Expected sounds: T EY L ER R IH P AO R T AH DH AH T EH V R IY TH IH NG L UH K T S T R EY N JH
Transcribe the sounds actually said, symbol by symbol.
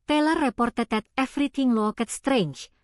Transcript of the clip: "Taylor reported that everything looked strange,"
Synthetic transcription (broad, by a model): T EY L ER R IH P AO R T AH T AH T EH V R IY T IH NG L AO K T S T R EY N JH